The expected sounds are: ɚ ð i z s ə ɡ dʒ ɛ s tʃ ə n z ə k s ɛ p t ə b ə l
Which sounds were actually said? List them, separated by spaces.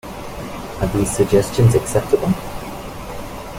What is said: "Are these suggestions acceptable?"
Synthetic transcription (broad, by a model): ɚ ð i z s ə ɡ dʒ ɛ s tʃ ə n z ə k s ɛ p t ə b ə l